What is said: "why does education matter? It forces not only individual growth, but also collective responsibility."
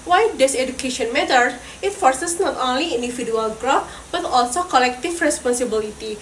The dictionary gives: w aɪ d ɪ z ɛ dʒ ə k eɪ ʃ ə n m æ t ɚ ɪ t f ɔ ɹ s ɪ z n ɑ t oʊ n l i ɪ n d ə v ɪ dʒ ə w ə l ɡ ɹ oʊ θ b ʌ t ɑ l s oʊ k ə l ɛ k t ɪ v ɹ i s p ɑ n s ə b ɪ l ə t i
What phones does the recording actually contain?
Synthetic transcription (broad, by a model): w aɪ d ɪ s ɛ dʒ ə k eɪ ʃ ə n m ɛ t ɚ ɪ t f ɔ ɹ s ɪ s n ɑ t oʊ n l i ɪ n d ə f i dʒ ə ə l ɡ ɹ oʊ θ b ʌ t ɑ l s oʊ k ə l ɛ k t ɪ f ɹ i s p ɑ n s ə b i l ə t i